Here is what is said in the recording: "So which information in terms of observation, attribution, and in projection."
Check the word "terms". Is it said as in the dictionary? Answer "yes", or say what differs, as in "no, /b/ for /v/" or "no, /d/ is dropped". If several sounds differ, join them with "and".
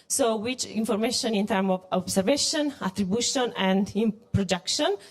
no, /z/ is dropped